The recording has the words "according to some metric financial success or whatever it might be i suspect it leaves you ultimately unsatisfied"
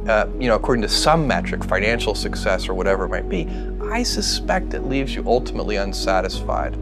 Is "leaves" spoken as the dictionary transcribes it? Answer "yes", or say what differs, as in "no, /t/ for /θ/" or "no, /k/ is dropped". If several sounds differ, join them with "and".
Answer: yes